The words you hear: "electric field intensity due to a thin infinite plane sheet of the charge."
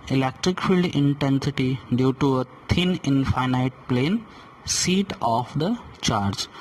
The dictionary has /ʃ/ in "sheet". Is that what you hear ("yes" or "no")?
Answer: no